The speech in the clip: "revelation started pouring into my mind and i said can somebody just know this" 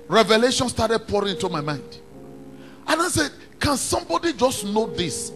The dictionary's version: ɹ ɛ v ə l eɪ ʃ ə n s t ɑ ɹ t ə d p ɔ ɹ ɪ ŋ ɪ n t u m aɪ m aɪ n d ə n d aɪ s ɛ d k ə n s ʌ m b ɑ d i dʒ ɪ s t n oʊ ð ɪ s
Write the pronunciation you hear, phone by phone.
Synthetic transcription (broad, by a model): ɹ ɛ v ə l eɪ ʃ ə n s t ɑ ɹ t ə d p ɔ ɹ ɪ ŋ ɪ n t u m aɪ m aɪ n d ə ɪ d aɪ s ɛ d k ə n s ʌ m b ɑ d i dʒ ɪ s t n oʊ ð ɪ s